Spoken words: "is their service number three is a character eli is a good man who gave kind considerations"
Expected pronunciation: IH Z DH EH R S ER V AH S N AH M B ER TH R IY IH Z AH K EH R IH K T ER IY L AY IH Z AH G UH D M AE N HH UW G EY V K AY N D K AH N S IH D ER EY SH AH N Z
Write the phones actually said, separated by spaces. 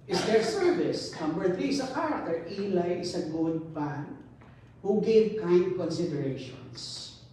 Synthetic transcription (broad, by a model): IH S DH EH R S ER V AH S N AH M B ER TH R IY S AH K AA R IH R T IY L AY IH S AH G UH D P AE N HH UW G EY V K AY N D K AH N S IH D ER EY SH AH N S